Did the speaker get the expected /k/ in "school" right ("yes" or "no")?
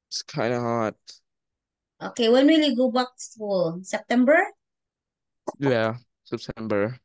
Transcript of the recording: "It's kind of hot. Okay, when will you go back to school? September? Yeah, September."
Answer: no